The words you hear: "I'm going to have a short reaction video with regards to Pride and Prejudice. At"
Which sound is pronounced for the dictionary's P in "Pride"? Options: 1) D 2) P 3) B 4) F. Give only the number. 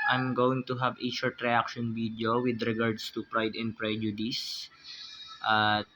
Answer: 2